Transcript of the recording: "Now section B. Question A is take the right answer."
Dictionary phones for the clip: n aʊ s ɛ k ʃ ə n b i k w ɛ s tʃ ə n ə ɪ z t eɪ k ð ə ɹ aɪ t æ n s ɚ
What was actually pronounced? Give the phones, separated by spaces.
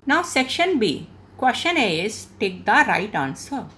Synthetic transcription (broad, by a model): n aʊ s ɛ k ʃ ə n b i k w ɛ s ʃ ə n ə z t eɪ k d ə ɹ aɪ t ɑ n s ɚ